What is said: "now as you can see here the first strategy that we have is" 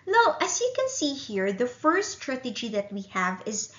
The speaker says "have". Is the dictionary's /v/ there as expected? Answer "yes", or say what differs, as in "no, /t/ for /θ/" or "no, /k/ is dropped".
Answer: yes